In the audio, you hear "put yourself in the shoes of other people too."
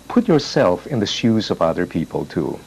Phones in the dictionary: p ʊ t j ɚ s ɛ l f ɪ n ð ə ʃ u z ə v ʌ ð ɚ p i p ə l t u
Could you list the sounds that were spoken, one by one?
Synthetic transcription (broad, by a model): p ʊ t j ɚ s ɛ l f ɪ n ð ə ʃ u z ə v ʌ ð ɚ p i p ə l t u